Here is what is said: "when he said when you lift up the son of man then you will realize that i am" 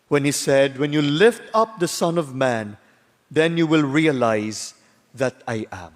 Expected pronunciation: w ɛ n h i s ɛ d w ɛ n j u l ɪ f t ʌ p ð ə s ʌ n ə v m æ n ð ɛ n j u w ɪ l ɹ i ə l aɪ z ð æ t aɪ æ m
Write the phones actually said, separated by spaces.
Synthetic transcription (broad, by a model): w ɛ n h i s ɛ d w ɛ n j u l ɪ f t ʌ p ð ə s ʌ n ə v m æ n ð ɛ n j u w ɪ l ɹ i ə l aɪ z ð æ t aɪ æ m